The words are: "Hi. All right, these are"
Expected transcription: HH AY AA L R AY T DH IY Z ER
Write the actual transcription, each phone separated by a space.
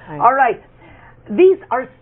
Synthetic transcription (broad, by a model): AA L R AY T DH IY Z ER